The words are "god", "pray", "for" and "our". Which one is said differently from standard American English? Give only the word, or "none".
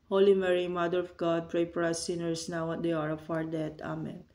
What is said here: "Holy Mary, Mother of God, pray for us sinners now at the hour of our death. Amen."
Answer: for